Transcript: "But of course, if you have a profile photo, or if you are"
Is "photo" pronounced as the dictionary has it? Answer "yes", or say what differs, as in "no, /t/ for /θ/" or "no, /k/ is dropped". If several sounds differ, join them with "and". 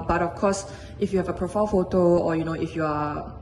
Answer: yes